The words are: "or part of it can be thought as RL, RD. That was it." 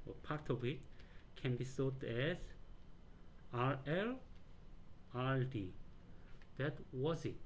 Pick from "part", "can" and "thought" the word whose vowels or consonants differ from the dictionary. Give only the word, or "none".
thought